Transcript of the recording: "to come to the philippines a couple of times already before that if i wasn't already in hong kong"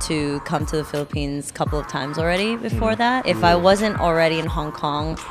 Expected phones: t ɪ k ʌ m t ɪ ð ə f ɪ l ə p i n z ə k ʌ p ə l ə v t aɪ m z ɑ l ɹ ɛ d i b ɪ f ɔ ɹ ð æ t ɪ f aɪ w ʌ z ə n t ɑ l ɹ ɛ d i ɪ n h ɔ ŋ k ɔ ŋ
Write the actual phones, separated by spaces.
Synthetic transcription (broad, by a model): t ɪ k ʌ m t ɪ ð ə f ɪ l ə p i n z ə k ʌ p l ə v t aɪ m z l ɹ ɛ d i b ɪ f ɔ ɹ ð æ t ɪ f aɪ w ʌ z ə n t l ɹ ɛ d i ɪ n h ɔ ŋ k ɔ ŋ